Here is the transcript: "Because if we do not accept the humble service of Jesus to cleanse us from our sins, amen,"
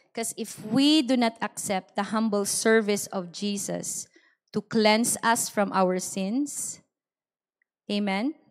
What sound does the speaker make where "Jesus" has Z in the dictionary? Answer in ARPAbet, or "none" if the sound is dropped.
S